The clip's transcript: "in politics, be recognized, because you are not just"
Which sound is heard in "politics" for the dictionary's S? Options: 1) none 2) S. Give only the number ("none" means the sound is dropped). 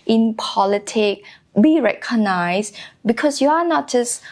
1